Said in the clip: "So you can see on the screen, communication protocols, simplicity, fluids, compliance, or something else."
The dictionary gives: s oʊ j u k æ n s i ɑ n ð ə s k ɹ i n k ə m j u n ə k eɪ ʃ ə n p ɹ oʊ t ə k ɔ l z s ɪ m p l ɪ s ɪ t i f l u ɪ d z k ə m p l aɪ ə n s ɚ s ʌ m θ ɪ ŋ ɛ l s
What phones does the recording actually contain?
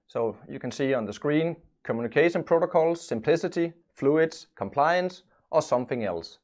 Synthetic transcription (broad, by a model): s oʊ j u k æ n s i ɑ n ð ə s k ɹ i n k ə m j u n k eɪ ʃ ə n p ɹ oʊ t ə k ɔ l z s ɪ m p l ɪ s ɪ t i f l u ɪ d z k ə m p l aɪ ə n s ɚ s ʌ m θ ɪ ŋ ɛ l s